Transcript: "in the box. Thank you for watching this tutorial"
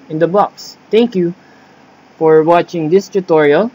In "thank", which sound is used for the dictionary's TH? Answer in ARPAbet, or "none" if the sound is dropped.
T